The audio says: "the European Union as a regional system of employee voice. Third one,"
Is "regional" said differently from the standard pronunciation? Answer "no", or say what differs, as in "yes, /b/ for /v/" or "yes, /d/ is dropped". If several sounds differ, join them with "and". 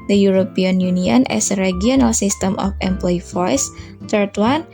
yes, /dʒ/ is dropped